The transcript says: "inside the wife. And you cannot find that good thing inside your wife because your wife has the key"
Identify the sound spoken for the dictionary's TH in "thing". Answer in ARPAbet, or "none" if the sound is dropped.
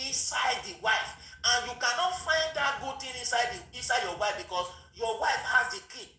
S